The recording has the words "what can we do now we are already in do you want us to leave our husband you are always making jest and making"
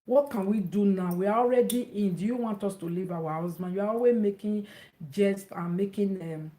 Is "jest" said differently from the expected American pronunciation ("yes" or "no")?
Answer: no